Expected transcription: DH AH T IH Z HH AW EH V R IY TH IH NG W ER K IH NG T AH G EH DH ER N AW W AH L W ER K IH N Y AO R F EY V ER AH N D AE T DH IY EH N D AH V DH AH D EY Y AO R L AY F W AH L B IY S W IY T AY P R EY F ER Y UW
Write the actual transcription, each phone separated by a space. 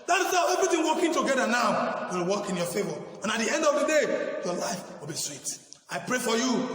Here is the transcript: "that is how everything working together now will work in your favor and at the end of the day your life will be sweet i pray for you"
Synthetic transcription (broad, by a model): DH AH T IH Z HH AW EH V IY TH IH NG W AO K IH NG T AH G EH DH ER N AW W AH L W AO K IH N Y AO F EY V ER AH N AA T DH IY EH N D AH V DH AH D EY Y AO L AY F W AH L B IY S W IY T AY P R EY F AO Y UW